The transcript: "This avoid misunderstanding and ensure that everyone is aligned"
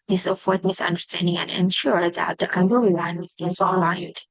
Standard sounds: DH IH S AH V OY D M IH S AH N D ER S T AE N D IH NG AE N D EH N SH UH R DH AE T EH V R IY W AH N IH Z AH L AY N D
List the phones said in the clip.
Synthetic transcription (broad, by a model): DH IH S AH F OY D M IH S AH N D ER S T AE N D IH NG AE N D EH N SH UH R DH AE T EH B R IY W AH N IH Z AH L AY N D